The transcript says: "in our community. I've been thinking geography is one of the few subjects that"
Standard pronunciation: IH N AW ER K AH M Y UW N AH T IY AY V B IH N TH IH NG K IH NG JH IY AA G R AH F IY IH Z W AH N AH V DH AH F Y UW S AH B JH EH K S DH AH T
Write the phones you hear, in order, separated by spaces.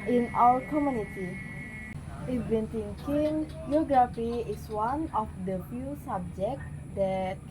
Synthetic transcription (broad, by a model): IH N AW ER K AH M Y UW N AH T IY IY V B IH N T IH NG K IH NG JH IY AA G R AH F IY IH S W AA N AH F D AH F Y UW S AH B JH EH K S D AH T